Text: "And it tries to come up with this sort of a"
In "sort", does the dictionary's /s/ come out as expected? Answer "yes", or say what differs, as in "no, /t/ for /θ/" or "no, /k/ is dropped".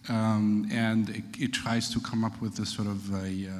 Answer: yes